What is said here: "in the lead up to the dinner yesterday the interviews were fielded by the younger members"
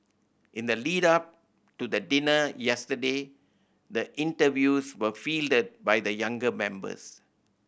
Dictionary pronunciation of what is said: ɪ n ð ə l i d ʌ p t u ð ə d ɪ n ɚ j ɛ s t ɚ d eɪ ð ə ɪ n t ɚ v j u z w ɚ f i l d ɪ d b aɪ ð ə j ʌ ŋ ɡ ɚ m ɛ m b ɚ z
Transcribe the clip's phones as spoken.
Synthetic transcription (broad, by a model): ɪ n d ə l i d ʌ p t u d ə d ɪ n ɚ j ɛ s t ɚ d eɪ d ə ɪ n t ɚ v j u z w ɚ f i l d ɪ d b aɪ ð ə j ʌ ŋ ɡ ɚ m ɛ m b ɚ s